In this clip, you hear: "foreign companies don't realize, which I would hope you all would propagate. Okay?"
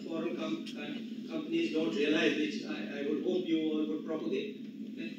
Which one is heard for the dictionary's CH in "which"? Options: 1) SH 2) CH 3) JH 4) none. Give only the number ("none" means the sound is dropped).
4